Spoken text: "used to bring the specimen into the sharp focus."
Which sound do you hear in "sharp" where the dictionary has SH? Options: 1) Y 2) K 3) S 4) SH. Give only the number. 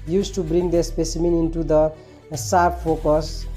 3